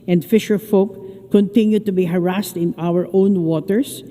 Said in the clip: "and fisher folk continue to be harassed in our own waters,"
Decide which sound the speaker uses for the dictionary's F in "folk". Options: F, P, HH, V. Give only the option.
F